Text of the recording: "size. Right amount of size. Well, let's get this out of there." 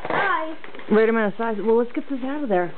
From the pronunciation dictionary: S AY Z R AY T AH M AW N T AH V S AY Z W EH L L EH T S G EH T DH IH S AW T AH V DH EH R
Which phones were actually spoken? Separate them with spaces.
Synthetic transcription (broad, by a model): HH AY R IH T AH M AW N AH S AY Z W EH L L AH T S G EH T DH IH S AW T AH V DH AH R